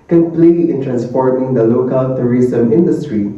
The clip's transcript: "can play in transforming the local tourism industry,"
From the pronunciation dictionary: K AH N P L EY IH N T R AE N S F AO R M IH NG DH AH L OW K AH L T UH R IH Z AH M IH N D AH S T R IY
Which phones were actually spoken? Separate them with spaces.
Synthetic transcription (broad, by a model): K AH N P L EY IH N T R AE N S P AO R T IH NG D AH L OW K AH L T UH R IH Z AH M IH N D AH S T R IY